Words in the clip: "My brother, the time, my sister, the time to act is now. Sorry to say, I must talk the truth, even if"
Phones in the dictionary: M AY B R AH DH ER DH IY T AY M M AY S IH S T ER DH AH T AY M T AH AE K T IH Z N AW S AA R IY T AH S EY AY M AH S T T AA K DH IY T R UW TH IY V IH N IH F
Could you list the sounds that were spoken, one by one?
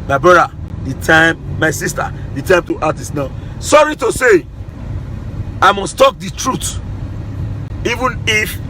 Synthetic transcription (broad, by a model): M AY B R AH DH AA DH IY T AY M M AY S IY S T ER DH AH T AY M T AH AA T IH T N AW S AA R IY T AH S EY AY M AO S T T AA K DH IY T R UW T IY V IH N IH F